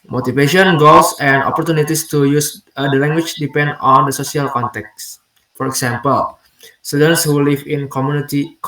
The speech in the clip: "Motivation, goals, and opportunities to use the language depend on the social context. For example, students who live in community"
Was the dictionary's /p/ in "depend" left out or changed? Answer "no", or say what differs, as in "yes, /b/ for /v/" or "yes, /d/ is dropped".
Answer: no